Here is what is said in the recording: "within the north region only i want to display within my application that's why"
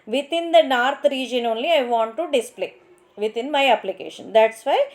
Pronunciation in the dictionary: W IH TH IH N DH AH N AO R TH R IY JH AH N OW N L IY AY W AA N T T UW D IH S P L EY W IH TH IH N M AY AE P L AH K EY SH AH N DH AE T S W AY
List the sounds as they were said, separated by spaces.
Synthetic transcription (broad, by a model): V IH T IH N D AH N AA R T R IY JH AH N OW N L IY AY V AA N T T UW D IH S P L EY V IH T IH N M AY AE P L AH K EY SH AH N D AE T S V AY